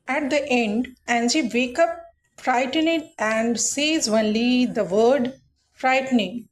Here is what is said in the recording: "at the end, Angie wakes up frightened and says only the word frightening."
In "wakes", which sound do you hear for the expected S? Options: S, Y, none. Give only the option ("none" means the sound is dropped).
none